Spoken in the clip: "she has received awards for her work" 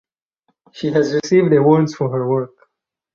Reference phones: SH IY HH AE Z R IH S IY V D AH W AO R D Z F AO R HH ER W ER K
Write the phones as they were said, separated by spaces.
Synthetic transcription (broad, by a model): SH IY HH AE Z R IH S IY V D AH W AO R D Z F AO R HH ER W ER K